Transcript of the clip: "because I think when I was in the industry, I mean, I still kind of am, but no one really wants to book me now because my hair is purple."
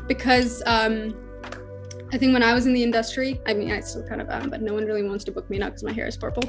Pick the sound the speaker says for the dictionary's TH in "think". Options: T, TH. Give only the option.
TH